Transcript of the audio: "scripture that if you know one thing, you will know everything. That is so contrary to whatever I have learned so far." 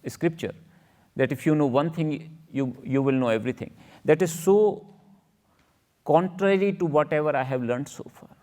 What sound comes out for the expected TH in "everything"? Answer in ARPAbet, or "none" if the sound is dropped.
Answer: T